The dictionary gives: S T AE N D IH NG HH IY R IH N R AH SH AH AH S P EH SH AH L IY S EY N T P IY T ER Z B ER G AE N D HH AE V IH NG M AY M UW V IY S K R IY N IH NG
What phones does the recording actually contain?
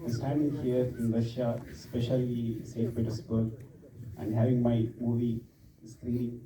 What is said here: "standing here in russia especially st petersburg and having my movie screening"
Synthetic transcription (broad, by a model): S T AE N D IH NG HH IY R IH N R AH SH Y AH S P EH SH AH L IY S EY T B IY T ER S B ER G AE N D HH AE V IH NG M AY M UW V IY S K R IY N